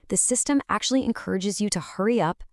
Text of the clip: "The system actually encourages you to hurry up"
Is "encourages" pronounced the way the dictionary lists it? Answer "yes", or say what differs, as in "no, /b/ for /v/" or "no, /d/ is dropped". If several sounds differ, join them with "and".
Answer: yes